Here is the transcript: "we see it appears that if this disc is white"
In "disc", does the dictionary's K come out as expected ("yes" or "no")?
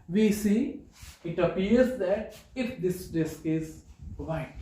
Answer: yes